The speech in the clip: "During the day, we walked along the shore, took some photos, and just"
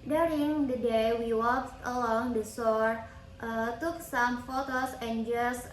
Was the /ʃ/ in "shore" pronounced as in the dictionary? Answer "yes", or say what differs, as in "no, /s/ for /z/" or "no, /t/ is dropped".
no, /s/ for /ʃ/